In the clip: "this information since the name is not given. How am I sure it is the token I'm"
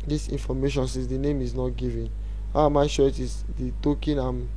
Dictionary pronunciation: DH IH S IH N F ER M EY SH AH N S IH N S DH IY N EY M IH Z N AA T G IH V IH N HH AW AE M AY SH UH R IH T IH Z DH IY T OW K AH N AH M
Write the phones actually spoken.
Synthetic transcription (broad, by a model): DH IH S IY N F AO M EY SH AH N S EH S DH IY N EY M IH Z N AA T G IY V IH N HH AW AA M AY SH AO IH T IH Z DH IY T OW K AH N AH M